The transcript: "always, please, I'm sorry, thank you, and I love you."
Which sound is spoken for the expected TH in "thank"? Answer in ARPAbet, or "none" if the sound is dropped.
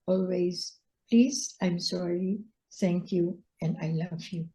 T